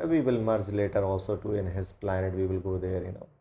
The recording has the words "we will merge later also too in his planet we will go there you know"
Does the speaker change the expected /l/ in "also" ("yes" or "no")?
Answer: no